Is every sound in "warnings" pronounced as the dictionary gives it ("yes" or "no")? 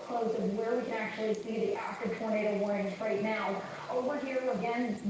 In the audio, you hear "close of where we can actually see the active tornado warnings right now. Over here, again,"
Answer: no